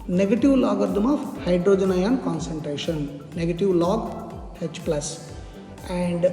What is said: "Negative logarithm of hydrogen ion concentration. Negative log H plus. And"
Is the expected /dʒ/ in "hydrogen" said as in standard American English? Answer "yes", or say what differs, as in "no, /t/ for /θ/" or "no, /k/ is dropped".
yes